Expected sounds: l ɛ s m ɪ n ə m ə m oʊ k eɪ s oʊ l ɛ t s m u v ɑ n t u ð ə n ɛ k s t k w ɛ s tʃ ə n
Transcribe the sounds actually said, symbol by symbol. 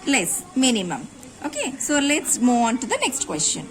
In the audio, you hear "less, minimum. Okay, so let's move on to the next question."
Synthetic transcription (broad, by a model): l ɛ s m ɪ n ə m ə m oʊ k eɪ s oʊ l ɛ t s m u ɑ n t u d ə n ɛ k s t k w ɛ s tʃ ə n